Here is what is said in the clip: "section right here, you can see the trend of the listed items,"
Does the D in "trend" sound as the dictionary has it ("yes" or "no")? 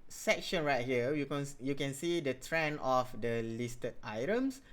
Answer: no